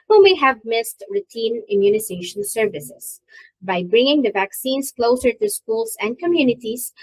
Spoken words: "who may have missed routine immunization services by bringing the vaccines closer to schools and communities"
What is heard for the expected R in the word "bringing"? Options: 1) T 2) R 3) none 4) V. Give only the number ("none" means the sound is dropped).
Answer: 2